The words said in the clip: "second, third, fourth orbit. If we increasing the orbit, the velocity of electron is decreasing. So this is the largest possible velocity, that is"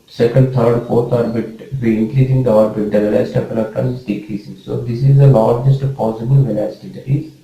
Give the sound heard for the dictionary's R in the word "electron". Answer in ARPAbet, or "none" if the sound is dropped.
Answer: none